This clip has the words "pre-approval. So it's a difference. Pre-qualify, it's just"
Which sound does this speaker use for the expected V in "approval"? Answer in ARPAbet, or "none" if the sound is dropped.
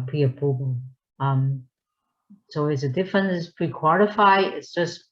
B